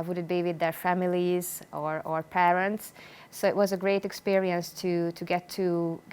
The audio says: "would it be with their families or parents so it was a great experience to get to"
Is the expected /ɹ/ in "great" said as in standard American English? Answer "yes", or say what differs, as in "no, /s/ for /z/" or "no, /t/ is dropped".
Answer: yes